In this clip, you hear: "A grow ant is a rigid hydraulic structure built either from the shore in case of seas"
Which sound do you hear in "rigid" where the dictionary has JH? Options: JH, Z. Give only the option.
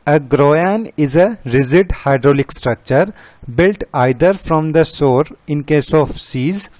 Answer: Z